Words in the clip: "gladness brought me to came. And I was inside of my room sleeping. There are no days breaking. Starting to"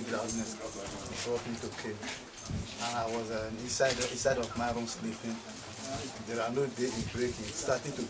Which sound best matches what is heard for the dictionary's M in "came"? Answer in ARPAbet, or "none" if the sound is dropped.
none